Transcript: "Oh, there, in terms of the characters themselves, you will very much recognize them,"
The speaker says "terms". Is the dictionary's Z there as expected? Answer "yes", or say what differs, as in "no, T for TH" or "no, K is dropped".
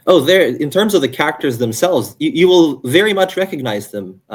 yes